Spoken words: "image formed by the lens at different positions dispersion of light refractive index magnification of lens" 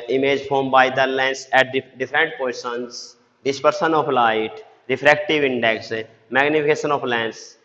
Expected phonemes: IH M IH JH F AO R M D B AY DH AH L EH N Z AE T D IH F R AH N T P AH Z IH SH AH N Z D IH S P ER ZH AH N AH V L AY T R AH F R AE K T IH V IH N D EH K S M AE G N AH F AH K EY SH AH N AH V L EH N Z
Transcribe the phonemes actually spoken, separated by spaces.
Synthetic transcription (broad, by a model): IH M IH JH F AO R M B AY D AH L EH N S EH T D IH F R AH N T P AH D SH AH N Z D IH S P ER S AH N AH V L AY T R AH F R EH K T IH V IH N D EH K S M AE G N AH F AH K EY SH AH N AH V L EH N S